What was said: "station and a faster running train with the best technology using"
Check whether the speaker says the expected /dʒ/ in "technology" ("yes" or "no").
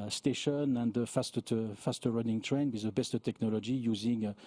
yes